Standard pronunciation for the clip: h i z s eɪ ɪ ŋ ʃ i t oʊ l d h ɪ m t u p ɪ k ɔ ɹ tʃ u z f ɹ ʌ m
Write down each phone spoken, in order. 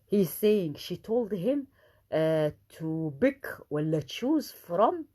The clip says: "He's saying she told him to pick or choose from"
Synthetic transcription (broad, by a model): h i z s eɪ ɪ ŋ ʃ i t oʊ l d h ɪ m t u b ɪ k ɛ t tʃ u z f ɹ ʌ m